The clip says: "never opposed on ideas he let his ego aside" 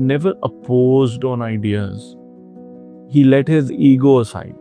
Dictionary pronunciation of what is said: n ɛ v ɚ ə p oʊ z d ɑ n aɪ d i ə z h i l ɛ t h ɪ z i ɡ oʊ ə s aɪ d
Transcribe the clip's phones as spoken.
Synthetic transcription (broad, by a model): n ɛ v ɚ ə p oʊ z d ɑ n aɪ d i ə z h i l ɛ t h ɪ z i ɡ oʊ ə s aɪ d